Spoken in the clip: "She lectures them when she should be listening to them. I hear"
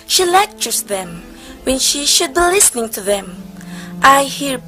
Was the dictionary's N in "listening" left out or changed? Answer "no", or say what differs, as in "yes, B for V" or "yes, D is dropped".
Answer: no